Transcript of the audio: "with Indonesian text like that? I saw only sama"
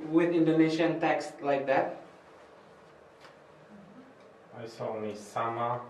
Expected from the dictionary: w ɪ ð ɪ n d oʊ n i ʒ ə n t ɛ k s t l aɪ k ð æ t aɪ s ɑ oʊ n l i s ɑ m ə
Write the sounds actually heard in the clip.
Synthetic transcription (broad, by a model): w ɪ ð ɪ n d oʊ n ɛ ʃ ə n t ɛ k s t l aɪ k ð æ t aɪ s ɑ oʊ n i s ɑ m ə